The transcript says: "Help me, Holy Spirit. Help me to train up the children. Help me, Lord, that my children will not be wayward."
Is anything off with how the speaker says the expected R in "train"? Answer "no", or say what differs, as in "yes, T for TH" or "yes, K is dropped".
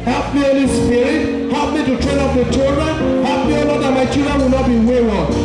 no